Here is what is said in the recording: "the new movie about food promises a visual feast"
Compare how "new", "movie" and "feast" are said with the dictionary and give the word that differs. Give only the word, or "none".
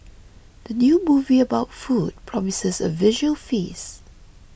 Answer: feast